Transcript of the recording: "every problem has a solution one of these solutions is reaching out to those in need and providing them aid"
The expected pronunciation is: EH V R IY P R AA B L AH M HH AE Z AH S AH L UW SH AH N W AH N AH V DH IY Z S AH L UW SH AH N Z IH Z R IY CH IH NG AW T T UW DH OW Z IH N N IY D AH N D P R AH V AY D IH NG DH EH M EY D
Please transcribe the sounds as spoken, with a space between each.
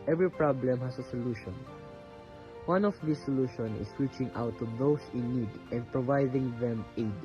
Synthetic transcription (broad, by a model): EH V R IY P R AA B L AH M HH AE S AH S AH L UW SH AH N W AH N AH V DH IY S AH L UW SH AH N IH S R IY CH IH NG AW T T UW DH OW S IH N N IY D AH N D P R AH V AY D IH NG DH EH M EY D